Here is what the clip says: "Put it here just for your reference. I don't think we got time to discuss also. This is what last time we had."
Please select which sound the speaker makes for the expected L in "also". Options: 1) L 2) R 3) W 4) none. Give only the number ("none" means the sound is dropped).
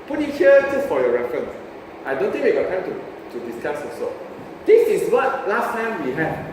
4